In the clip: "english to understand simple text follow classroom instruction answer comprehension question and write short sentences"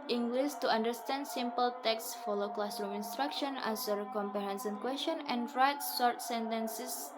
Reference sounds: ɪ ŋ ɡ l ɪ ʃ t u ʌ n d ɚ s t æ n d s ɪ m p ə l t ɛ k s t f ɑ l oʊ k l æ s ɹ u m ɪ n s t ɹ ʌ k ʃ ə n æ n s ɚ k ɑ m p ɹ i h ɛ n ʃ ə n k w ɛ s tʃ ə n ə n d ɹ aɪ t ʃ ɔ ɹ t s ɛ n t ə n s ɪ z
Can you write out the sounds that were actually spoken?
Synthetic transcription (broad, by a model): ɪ ŋ ɡ l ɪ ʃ t u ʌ n d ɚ s t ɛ n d s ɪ m p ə l t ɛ k s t f ɑ l oʊ k l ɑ s ɹ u m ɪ n s t ɹ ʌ k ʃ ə n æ s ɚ k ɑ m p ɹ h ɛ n s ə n k w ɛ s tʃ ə n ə n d ɹ aɪ t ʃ ɔ ɹ t s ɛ n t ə n s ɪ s